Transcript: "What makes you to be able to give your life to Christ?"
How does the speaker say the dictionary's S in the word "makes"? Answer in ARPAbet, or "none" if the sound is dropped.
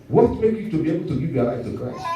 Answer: none